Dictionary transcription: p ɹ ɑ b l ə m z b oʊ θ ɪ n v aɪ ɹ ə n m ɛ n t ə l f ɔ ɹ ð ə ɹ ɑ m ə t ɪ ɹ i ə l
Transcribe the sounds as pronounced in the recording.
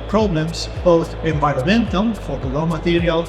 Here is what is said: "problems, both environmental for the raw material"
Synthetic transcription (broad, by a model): p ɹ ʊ b l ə m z b oʊ θ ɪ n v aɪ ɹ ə m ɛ n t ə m f ɔ ɹ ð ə l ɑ m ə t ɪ ɹ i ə l